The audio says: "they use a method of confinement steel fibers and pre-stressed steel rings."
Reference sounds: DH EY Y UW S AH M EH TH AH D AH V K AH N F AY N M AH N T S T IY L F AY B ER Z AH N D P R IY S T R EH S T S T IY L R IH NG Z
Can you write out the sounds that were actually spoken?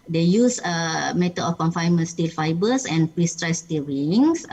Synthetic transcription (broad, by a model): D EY Y UW S AH M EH T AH AH F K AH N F AY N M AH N S T IY L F AY B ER S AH N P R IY S T R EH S S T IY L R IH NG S